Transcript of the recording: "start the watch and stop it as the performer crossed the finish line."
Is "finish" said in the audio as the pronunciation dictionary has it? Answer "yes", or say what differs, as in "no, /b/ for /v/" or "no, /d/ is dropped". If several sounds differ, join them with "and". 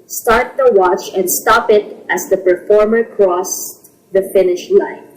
yes